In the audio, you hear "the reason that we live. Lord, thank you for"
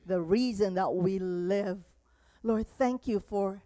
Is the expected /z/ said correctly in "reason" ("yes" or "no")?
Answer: yes